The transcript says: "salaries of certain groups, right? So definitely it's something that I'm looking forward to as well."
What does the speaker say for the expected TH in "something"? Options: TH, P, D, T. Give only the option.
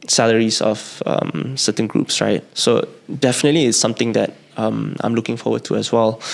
T